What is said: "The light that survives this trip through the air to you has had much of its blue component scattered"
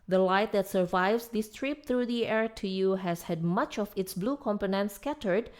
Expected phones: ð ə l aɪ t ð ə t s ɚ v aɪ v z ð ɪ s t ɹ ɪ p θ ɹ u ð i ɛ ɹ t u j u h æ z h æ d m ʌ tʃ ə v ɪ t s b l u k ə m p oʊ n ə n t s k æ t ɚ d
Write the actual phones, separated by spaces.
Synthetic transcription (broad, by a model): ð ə l aɪ t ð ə t s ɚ v aɪ v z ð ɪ s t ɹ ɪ p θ ɹ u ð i ɛ ɹ t u j u h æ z h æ d m ʌ tʃ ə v ɪ t s b l u k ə m p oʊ n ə n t s k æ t ɚ d